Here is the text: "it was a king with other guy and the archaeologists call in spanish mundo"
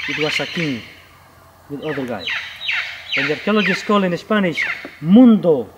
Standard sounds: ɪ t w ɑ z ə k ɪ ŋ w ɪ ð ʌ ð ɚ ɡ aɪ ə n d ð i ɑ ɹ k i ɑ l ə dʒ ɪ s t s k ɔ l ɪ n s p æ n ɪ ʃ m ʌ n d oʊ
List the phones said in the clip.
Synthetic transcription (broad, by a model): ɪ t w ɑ s ə k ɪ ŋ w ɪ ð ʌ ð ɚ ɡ aɪ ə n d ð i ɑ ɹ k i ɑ l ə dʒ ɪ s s k ɔ l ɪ n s p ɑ n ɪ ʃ m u n d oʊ